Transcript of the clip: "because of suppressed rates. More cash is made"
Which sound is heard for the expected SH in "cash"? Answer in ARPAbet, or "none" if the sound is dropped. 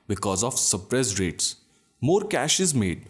SH